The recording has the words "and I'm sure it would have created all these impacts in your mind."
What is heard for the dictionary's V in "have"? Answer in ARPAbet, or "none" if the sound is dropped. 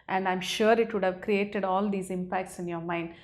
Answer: V